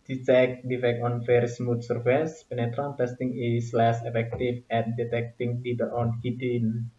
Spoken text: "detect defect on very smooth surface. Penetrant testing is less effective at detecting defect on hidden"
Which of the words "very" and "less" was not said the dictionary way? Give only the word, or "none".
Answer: very